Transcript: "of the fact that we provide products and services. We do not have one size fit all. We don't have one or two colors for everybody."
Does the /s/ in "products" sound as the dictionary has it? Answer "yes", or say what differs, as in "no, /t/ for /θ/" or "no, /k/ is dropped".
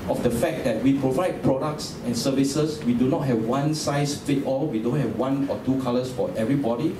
yes